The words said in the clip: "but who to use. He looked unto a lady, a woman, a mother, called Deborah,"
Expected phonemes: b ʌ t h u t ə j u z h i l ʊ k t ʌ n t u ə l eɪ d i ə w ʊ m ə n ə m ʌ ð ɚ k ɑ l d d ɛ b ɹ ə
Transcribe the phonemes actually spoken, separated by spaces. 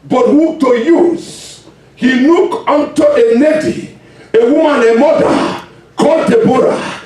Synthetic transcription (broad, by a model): b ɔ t h u t ə j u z h i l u k ʌ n t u ə n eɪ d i ə w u m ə n ə m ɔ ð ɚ k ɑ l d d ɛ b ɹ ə